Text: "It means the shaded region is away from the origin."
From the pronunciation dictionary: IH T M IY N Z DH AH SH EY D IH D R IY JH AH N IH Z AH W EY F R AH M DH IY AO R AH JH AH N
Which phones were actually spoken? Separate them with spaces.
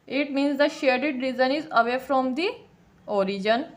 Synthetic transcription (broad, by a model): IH T M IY N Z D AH SH EY D IH D R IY Z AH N IH Z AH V EY F R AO M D IY AO R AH JH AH N